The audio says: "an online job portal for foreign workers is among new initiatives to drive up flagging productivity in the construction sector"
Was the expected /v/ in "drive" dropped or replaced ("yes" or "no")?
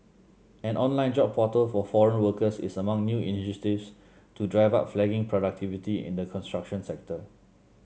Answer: no